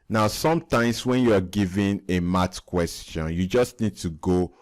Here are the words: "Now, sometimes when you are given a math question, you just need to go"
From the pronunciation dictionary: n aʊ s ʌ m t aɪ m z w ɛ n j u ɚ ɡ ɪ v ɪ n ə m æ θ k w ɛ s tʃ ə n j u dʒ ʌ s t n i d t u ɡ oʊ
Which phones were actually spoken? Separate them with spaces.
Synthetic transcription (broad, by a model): n aʊ s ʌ m t aɪ m s w ɛ n j u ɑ ɡ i v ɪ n ə m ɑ t k w ɛ s tʃ ə n j u dʒ ʌ s t n i d t u ɡ oʊ